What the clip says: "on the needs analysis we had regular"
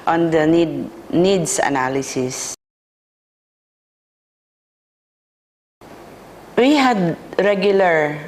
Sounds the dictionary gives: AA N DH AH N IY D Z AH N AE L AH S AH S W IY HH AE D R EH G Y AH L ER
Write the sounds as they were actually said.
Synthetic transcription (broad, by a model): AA N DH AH N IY D S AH N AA L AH S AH S W IY HH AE D R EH G Y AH L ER